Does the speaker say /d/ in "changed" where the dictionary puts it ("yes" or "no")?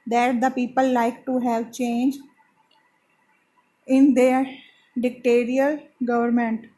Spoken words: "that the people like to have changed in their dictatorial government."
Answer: no